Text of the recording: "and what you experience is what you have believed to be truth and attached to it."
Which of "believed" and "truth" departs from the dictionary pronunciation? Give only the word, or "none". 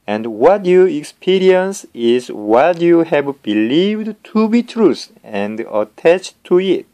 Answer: truth